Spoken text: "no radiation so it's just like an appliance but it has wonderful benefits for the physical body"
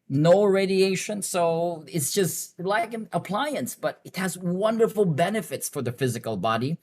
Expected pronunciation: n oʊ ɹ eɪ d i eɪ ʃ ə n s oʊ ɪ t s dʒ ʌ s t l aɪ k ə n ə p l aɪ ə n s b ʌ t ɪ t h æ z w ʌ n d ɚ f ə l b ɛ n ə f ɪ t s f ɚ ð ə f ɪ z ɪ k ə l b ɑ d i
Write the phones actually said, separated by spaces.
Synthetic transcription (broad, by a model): n oʊ ɹ eɪ d i eɪ ʃ ə n s oʊ ɪ t s dʒ ʌ s t l aɪ k ə n ə p l aɪ ə n s b ʌ t ɪ t h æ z w ʌ n d ɚ f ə l b ɛ n ə f ɪ t s f ɚ ð ə f ɪ z ɪ k ə l b ɑ d i